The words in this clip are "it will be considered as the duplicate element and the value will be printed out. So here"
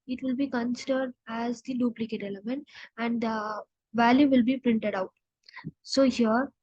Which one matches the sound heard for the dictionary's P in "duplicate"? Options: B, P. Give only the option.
P